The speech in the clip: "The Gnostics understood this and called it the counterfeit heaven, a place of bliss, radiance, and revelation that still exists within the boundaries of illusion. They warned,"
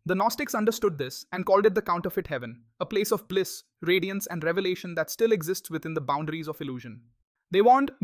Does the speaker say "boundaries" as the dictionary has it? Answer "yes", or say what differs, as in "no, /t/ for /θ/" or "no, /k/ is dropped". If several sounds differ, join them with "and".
yes